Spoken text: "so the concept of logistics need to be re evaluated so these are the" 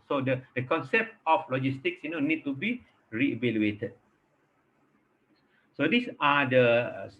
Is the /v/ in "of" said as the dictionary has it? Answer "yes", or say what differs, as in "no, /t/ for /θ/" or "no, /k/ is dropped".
no, /f/ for /v/